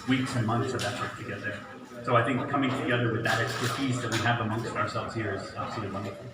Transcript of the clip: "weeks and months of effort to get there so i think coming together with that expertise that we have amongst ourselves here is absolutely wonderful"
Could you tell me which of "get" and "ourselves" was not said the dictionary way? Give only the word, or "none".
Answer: none